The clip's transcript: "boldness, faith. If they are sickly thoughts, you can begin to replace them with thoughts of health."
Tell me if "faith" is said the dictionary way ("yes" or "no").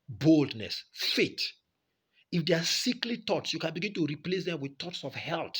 no